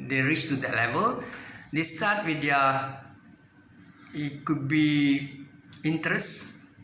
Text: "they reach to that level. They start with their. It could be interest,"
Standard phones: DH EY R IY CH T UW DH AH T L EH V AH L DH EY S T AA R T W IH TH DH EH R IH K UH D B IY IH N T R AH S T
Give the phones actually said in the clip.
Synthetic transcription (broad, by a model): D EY R IY CH T UW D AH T L EH V AH L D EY S T AA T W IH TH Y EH IH K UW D B IY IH N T R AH S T